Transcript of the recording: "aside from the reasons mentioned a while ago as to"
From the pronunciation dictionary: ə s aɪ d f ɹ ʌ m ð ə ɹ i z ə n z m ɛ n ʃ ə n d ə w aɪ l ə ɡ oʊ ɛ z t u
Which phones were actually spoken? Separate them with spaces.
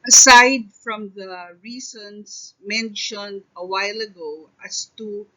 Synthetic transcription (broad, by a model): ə s aɪ d f ɹ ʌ m ð ə ɹ i s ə n s m ɛ n ʃ ə n d ə w aɪ l ə ɡ oʊ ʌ s t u